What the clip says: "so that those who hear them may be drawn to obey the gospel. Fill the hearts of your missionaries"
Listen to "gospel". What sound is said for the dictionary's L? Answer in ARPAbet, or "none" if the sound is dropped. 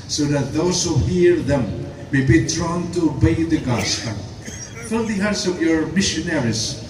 N